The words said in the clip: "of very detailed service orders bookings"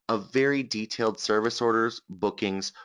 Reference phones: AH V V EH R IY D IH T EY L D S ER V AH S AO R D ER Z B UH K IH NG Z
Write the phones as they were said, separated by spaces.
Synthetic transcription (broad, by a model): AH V V EH R IY D IH T EY L D S ER V AH S AO R D ER Z B UH K IH NG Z